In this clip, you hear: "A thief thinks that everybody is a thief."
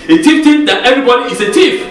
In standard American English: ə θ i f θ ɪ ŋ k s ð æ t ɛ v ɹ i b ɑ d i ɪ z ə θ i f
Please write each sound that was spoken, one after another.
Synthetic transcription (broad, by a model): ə t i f t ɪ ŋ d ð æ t ɛ v ɹ i b ɑ d i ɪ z ə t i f